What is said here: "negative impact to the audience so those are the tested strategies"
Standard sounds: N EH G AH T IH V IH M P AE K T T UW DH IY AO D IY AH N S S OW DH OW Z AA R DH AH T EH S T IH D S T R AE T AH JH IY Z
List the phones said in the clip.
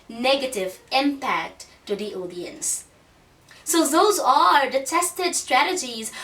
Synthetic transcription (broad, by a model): N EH G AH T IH V IH M P AE K T T UW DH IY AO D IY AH N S S OW DH OW Z AA R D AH T EH S T IH D S T R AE T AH JH IY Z